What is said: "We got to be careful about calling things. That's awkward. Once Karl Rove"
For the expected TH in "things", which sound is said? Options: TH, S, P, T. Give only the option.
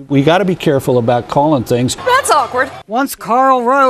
TH